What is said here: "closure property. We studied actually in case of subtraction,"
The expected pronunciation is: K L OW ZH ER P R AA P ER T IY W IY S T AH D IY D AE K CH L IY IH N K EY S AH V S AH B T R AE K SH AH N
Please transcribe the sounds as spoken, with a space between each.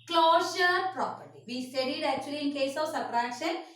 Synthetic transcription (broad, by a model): K L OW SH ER P R AA P ER T IY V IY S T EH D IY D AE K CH IY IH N K EY S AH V S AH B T R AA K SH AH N